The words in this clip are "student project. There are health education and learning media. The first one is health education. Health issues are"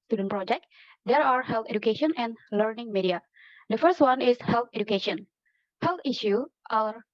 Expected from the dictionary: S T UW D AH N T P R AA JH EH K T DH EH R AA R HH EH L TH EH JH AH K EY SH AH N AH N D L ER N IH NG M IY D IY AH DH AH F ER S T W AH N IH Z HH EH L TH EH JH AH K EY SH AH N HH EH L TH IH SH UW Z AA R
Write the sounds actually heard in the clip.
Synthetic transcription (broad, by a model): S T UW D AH N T P R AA JH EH K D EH R AA R HH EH L T EH JH AH K EY SH AH N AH N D L ER N IH NG M IY D IY AH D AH F ER S T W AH N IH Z HH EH L T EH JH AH K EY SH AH N HH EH L T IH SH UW AA R